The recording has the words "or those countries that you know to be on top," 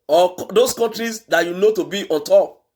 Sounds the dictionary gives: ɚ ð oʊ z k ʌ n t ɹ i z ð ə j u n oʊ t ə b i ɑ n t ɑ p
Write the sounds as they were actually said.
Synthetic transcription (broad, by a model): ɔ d oʊ s k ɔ n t ɹ i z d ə j u n oʊ t ə b i ɑ n t ɑ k